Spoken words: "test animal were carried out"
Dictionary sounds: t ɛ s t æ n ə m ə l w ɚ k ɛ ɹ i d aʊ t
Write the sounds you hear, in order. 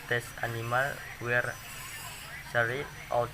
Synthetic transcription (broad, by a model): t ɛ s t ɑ n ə m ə l w ɚ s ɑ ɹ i aʊ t